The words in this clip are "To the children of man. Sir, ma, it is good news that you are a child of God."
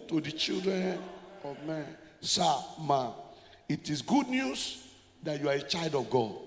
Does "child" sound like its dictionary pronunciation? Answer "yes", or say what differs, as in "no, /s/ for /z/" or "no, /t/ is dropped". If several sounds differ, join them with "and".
yes